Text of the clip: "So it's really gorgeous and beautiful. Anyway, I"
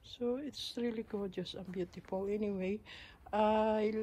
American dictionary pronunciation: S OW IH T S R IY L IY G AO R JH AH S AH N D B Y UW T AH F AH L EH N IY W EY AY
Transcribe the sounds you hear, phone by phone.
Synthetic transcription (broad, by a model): S OW IH T S R IY L IY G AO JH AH S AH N B Y UW T AH F AH L EH N IY W EY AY